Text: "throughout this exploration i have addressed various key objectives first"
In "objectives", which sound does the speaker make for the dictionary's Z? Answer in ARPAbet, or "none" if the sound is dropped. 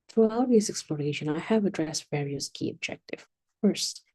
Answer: none